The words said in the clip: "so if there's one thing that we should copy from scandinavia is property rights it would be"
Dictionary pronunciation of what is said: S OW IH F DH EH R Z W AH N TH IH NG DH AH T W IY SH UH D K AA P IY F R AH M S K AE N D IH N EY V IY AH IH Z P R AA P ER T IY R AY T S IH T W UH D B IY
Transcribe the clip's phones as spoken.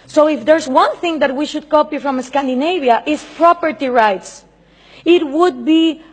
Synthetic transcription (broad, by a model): S OW IH F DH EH R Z W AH N TH IH NG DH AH T W IY SH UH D K AA P IY F R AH M S K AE N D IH N EY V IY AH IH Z P R AA P ER T IY R AY T S IH T W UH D B IY